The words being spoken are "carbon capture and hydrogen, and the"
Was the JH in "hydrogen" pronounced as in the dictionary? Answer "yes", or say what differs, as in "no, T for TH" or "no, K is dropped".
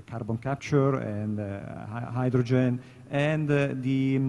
yes